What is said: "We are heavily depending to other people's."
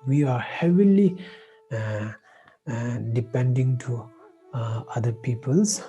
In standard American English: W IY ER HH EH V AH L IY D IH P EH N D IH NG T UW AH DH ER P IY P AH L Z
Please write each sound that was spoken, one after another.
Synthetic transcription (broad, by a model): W IY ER HH EH V AH L IY D IH P EH N D IH NG T UW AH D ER P IY P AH L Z